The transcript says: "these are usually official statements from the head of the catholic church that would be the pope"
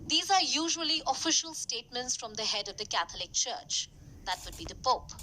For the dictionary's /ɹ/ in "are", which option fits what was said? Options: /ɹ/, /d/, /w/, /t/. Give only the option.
/ɹ/